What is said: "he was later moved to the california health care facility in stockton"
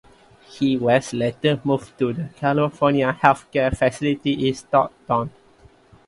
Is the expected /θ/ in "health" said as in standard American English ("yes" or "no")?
no